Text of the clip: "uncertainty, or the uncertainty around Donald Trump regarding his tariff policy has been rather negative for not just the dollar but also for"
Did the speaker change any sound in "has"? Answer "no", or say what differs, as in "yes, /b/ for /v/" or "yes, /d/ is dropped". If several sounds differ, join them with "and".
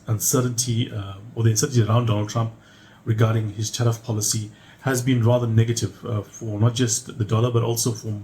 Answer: no